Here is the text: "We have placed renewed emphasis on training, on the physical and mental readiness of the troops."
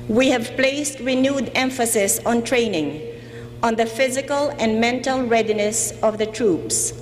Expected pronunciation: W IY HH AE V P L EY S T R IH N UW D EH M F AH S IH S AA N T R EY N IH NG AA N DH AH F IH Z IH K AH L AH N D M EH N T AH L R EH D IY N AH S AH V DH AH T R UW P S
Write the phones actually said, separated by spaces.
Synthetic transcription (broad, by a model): W IY HH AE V P L EY S T R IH N UW D EH M F AH S IH S AA N T R EY N IH NG AA N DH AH F IH Z IH K AH L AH N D M EH N T AH L R EH D IY N AH S AH V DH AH T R UW P S